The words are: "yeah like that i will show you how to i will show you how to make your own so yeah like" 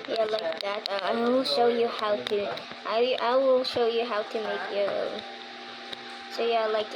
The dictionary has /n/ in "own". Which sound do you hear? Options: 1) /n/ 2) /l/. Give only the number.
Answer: 2